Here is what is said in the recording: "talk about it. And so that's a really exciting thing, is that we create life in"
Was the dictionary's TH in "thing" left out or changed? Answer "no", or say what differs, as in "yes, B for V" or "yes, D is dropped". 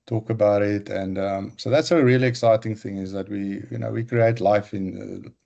no